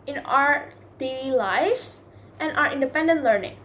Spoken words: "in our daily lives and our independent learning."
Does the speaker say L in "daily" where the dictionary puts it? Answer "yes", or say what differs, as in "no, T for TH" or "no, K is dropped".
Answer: no, L is dropped